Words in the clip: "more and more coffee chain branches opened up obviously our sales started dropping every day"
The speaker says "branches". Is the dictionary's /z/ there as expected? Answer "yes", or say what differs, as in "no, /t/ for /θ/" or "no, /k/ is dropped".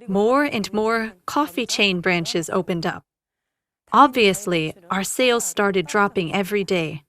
yes